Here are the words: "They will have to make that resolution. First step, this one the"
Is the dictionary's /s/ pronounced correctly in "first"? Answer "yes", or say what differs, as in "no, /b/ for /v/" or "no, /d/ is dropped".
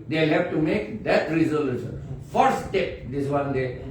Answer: no, /s/ is dropped